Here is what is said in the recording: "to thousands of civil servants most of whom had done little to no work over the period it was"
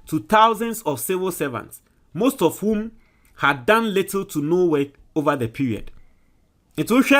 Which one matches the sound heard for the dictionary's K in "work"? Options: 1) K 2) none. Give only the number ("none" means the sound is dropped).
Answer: 2